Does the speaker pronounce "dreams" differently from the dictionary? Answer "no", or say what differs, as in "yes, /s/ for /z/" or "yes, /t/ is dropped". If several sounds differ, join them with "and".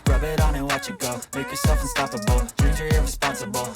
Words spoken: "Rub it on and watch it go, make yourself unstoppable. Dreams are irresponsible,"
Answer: yes, /m/ is dropped